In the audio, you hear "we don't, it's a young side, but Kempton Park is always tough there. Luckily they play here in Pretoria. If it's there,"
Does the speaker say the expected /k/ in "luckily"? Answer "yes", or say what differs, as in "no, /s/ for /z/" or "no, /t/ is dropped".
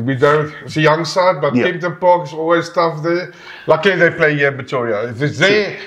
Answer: no, /k/ is dropped